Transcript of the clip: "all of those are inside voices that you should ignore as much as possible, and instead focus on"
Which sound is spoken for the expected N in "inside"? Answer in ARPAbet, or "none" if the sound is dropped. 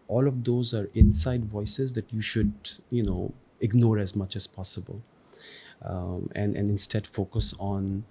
N